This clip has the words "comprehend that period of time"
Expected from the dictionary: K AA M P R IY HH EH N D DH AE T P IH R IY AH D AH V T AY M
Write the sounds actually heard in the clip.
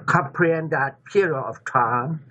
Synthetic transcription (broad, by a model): K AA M P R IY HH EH N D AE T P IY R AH AH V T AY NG